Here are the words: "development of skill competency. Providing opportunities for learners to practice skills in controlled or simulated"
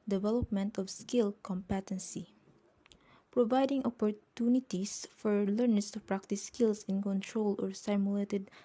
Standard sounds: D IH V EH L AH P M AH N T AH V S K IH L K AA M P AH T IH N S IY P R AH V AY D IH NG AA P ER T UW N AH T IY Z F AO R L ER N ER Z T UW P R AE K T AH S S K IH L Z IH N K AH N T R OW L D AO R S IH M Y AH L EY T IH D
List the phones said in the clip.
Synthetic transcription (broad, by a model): D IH V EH L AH P M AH N T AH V S K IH L K AA M P AH T IH N S IY P R AH V AY D IH NG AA P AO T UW N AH T IY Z F AO R L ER N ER S T UW P R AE K T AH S S K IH L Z IH N K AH N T R OW L AO R S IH M Y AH L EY T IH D